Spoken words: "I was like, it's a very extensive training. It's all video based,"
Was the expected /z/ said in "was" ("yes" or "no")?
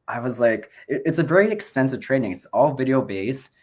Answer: yes